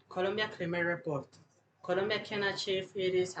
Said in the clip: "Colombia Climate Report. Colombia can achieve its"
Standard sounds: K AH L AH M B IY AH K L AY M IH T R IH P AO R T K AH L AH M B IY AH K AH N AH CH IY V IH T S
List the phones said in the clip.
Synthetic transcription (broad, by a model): K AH L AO M B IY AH K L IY M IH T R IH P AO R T K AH L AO M B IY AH K AH N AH CH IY F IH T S